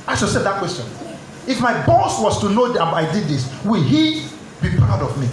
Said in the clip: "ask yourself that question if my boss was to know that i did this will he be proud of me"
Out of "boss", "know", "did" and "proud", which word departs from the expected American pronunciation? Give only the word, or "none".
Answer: proud